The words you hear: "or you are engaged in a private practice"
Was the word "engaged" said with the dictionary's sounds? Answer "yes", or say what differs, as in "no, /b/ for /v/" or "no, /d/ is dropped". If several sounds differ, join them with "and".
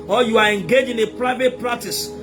no, /d/ is dropped